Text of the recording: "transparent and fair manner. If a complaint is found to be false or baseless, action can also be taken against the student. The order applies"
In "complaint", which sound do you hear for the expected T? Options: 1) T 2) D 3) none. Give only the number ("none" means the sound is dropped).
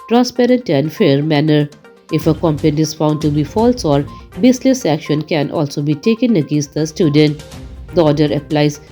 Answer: 3